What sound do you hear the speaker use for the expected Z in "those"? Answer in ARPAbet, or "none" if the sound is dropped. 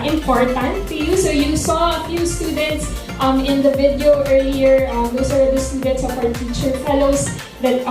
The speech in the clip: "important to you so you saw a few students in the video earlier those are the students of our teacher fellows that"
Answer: S